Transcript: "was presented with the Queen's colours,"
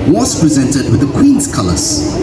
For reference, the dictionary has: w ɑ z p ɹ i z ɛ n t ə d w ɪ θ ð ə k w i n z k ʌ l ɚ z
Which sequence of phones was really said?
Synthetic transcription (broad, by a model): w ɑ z p ɹ i z ɛ n t ə d w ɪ ð ə k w i n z k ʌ l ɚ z